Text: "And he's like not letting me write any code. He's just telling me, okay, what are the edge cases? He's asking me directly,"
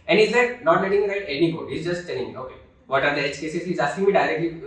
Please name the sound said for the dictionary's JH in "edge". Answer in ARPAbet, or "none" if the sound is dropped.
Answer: CH